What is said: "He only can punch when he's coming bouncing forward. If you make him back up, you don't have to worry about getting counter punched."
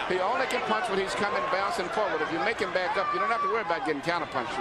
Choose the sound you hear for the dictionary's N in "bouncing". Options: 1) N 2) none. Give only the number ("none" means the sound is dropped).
2